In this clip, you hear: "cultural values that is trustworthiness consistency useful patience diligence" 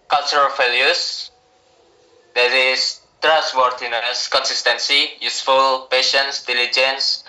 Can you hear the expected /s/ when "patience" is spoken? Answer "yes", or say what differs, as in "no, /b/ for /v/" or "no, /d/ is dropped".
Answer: yes